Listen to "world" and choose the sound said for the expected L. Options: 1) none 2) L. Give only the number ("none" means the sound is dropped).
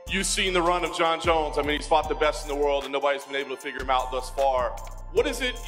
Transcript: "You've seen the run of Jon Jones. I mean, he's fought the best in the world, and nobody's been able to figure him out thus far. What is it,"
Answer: 2